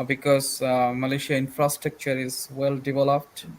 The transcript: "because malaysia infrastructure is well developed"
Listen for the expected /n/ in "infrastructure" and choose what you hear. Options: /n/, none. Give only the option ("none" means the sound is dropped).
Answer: /n/